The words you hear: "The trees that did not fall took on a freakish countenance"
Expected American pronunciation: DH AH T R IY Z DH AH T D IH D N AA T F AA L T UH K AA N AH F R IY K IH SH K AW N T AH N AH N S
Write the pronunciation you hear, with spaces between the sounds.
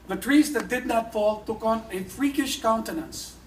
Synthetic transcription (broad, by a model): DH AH T R IY Z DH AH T D IH D N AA T F AA L T UH K AA N AH F R IY K IH SH K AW N T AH N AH N S